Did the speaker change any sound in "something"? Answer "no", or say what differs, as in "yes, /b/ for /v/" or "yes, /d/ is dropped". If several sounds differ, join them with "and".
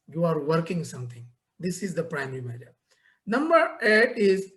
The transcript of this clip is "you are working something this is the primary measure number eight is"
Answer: yes, /t/ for /θ/